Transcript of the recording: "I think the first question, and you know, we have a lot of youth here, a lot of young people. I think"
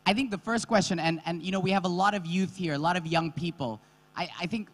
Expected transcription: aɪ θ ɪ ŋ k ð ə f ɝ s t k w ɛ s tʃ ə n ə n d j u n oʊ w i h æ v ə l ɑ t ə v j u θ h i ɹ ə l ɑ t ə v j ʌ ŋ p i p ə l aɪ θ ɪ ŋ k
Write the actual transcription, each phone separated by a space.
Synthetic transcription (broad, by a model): aɪ θ ɪ ŋ k ð ə f ɝ s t k w ɛ s tʃ ə n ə n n j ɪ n oʊ w i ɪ v ə l ɑ t ə v j u θ h i ɹ ə l ɑ t ə v j ʌ ŋ p i p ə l aɪ θ ɪ ŋ k